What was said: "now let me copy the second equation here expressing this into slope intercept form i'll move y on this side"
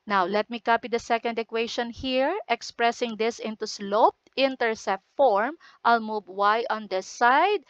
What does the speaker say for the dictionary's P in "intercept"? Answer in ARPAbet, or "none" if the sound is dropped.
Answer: none